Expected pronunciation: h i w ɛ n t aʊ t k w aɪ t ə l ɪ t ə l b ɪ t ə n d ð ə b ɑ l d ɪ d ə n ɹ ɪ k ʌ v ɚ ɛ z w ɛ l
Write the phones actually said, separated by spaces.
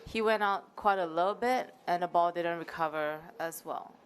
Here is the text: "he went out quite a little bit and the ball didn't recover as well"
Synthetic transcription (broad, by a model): h i w ɛ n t aʊ t k w aɪ t ə l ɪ t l b ɪ t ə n ð ə b ɑ l d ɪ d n ɹ ɪ k ʌ v ɚ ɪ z w ɛ l